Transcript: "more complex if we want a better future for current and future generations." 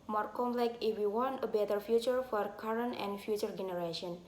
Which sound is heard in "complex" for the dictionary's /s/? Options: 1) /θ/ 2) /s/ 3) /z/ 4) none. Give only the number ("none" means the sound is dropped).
4